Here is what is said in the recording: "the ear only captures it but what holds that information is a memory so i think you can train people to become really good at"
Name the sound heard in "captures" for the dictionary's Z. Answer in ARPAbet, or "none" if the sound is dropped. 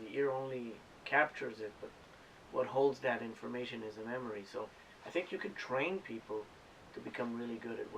Z